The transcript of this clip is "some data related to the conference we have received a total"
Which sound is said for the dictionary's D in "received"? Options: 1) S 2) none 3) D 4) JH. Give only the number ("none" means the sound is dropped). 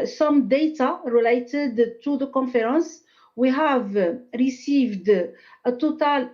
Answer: 3